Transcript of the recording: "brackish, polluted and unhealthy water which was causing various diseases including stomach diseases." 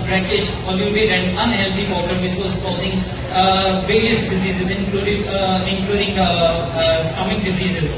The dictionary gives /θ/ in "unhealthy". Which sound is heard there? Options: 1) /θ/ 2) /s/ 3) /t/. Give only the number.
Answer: 3